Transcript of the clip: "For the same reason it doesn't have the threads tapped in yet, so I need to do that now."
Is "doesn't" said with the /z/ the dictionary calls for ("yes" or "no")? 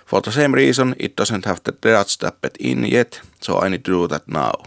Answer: no